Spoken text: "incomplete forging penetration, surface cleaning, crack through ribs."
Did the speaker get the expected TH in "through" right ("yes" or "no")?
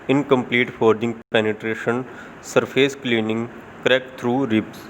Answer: no